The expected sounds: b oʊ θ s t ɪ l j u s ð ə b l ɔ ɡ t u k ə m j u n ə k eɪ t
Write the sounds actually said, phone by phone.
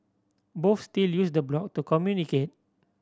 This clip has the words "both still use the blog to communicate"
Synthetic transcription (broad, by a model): b oʊ f s t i l j u s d ə b l ɔ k t u k ə m j u n ə k eɪ t